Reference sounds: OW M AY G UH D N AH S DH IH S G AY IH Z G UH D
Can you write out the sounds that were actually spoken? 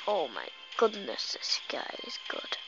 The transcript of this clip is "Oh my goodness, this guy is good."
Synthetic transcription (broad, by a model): OW M AY G UH D N AH S DH IH S G AY IH Z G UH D